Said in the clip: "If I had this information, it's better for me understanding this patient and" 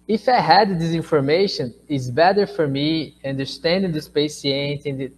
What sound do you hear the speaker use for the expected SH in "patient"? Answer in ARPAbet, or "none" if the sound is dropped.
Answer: S